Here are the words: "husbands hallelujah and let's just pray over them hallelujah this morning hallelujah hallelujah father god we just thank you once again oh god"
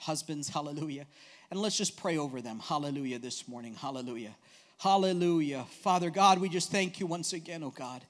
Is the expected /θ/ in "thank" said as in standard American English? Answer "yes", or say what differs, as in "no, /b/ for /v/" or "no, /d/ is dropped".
yes